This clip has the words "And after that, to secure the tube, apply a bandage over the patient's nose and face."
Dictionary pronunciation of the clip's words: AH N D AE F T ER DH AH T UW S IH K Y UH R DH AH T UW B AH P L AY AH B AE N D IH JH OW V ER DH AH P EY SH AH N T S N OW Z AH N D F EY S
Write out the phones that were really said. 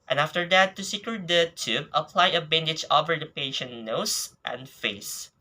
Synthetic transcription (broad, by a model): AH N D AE F T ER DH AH T UW S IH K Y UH R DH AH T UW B AH P L AY AH B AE N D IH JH OW V ER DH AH P EY SH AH N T N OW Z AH N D F EY S